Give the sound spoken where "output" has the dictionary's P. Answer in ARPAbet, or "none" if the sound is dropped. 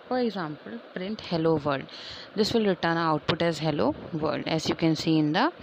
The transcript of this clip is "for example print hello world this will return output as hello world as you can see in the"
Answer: P